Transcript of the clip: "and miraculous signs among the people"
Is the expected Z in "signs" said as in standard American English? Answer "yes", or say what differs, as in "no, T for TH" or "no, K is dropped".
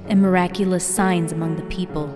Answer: yes